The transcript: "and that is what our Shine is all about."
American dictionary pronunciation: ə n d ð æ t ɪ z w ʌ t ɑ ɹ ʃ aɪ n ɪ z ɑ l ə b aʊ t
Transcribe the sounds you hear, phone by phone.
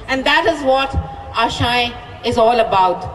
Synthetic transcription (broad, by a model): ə n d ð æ t ɪ z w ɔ t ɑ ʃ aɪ ɪ z ɑ l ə b aʊ t